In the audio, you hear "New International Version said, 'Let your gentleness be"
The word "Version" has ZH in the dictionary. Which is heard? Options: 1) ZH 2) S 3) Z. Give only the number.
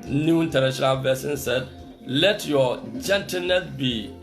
2